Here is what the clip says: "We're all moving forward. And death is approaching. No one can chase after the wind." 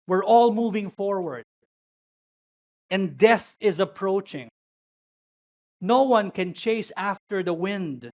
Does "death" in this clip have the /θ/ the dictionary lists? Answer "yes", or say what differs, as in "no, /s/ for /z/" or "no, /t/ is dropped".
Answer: yes